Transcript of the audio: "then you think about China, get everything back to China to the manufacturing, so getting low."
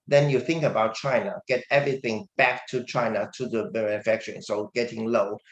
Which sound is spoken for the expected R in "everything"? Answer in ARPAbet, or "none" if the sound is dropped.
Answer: R